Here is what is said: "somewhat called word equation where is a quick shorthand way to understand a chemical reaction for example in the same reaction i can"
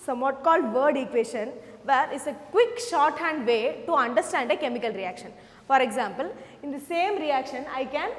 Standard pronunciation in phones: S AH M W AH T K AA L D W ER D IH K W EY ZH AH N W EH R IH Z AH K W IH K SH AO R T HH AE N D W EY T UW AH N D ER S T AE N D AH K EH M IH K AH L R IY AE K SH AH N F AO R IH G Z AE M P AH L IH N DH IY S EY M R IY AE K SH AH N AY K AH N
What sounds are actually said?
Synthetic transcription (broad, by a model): S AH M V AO T K AA L D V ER D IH K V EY SH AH N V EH R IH S AH K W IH K SH AO R T HH AE N D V EY T UW AH N D ER S T AE N D AH K EH M IH K AH L R IY AE K SH AH N F AO R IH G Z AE M P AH L IH N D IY S EY M R IY AE K SH AH N AY K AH N